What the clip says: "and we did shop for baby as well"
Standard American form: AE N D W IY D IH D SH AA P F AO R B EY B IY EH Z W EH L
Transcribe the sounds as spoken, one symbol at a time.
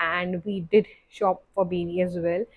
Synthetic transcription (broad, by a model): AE N D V IY D IH D SH AA P F AO R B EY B IY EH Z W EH L